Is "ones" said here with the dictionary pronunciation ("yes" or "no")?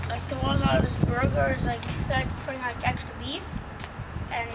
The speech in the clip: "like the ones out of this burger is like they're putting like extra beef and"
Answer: no